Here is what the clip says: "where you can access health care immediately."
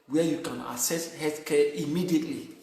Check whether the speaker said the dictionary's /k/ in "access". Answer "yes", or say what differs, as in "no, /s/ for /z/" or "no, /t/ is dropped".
no, /k/ is dropped